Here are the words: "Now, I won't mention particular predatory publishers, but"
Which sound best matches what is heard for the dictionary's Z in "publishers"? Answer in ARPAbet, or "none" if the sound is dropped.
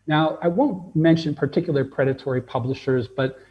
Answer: Z